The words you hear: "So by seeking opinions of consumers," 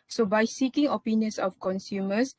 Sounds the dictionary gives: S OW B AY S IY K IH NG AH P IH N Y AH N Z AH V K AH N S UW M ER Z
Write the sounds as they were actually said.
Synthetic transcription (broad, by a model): S OW B AY S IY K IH NG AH P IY N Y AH N S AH F K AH N S UW M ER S